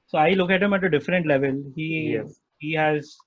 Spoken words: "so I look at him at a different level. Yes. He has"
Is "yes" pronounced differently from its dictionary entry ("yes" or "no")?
yes